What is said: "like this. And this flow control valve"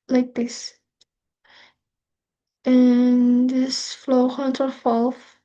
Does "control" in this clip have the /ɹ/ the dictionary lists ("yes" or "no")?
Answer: no